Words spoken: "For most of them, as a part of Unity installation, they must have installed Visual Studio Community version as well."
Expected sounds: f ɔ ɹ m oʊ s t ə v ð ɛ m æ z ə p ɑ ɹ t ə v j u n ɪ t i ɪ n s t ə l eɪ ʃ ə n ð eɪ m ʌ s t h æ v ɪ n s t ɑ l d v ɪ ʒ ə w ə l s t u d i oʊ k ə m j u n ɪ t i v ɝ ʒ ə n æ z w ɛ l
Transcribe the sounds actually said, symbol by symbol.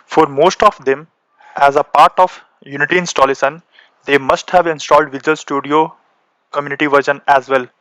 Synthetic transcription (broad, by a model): f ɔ ɹ m oʊ s t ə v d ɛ m æ z ə p ɑ ɹ t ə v j u n ɪ t i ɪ n s t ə l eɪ s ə n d eɪ m ʌ s t h æ v ɪ n s t ɑ l d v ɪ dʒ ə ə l s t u d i oʊ k ə m j u n ɪ t i v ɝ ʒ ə n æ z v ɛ l